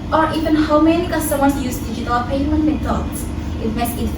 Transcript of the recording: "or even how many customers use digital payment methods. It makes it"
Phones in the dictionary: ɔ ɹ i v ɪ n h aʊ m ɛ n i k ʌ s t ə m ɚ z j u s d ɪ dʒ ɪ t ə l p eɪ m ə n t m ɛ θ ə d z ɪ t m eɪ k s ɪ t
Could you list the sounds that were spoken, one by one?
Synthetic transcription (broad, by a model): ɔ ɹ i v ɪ n h aʊ m ɛ n i k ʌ s t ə m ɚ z j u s d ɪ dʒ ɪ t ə l p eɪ m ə n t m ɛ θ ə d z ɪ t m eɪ s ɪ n